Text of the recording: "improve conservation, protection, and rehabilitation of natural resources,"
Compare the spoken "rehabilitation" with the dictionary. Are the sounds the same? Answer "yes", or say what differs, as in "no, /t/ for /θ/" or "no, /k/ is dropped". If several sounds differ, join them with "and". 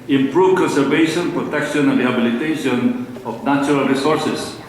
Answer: yes